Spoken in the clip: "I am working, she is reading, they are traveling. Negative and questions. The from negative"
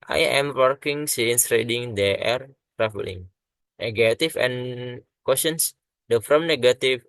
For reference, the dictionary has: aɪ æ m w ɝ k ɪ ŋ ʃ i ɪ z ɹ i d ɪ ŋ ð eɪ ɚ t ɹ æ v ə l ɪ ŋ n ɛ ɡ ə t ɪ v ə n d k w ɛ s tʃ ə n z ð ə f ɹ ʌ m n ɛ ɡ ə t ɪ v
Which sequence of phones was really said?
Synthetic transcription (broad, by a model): aɪ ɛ m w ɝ k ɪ ŋ s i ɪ s ɹ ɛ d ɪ ŋ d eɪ ɚ t ɹ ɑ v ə l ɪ ŋ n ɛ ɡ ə t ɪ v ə n k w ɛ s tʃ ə n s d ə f ɹ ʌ m n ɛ ɡ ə t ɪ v